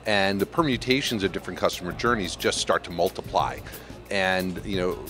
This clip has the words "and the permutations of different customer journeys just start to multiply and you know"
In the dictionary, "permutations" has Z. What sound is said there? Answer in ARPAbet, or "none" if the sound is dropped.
Z